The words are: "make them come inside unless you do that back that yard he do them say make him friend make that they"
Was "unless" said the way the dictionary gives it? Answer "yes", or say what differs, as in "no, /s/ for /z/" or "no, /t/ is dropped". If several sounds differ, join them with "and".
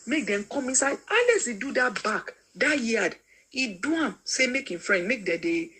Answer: no, /n/ is dropped